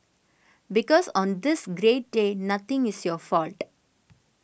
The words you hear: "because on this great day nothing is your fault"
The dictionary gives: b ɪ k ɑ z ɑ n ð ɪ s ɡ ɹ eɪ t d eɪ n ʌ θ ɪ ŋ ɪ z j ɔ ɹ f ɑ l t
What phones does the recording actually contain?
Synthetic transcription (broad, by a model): b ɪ k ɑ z ɑ n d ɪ s ɡ ɹ eɪ t d eɪ n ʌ t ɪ ŋ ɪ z j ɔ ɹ f ɑ l t